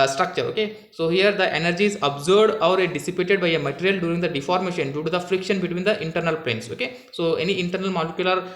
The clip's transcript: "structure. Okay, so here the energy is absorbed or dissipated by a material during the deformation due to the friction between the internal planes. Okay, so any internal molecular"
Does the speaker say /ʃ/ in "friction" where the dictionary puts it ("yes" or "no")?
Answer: yes